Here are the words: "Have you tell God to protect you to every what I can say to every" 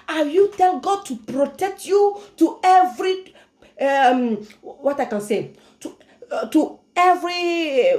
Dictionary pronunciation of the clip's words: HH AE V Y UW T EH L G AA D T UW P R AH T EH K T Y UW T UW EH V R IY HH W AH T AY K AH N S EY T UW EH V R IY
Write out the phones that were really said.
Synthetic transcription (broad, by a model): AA Y UW T EH L G AA D T UW P R AH T EH K T Y UW T UW EH V R IY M W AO T AY K AH N S EY T UW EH V R IY